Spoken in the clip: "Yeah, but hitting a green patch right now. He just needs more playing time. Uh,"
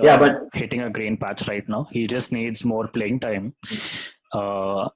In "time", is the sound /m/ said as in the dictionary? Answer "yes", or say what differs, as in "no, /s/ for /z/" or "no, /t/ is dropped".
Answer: yes